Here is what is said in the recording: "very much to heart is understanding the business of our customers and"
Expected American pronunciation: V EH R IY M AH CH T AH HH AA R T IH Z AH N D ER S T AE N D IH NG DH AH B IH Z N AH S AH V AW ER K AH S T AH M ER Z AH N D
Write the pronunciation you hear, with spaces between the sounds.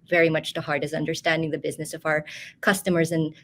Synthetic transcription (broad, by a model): V EH R IY M AH CH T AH HH AA R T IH S AH N D ER S T AE N D IH NG DH AH B IH Z N AH S AH V AW ER K AH S T AH M ER Z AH N